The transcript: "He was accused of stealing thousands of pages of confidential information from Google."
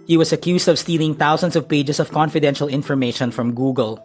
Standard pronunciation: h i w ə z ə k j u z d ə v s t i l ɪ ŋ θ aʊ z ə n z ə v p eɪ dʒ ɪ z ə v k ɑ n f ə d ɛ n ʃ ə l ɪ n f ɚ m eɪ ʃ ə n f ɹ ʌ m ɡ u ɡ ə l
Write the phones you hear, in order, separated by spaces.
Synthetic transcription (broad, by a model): h i w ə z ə k j u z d ə v s t i l ɪ ŋ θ aʊ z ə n s ə v p eɪ dʒ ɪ s ə v k ɑ n f ə d ɛ n ʃ ə l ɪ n f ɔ m eɪ ʃ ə n f ɹ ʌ m ɡ u ɡ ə l